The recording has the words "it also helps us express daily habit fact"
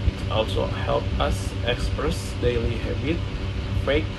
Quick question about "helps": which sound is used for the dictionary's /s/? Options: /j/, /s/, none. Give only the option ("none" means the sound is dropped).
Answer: none